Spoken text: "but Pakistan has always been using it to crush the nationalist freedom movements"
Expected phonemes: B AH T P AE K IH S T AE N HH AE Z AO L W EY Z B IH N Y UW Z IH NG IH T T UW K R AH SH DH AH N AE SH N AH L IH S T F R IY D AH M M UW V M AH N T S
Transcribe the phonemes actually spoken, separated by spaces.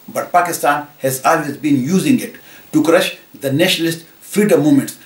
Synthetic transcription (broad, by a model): B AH T P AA K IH S T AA N HH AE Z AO L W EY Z B IH N Y UW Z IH NG IH T T UW K R AH SH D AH N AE SH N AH L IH S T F IY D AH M M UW M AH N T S